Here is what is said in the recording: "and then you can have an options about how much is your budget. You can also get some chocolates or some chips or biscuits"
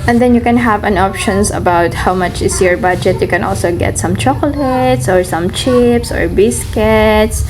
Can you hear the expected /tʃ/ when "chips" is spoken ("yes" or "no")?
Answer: yes